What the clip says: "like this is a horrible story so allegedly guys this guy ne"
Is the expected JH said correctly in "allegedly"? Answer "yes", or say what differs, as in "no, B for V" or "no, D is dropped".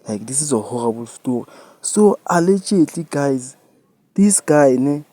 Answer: no, CH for JH